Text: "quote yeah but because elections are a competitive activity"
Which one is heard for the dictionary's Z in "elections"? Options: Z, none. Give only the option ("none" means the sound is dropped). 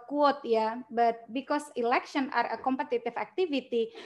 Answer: none